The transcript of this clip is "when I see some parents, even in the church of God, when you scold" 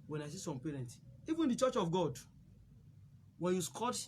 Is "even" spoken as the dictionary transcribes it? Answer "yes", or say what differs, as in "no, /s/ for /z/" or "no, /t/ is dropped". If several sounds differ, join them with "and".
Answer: yes